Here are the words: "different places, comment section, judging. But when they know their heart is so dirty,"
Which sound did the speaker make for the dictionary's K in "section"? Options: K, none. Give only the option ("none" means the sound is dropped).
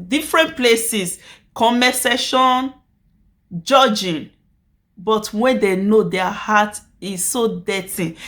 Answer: none